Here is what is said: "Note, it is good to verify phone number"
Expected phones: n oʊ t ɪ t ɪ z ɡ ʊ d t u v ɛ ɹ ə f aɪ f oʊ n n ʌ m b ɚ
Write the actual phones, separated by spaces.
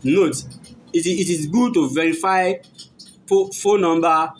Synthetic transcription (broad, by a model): n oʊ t ɪ t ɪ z ɡ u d t u v ɛ ɹ ə f aɪ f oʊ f n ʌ m b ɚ